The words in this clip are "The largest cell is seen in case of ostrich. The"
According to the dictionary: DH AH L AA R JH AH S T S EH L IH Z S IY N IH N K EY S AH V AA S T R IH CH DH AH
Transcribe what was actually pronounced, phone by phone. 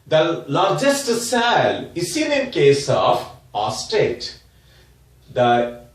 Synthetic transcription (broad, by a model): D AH L AA R JH AH S T S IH L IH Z S IY N IH N K EY S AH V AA S T IH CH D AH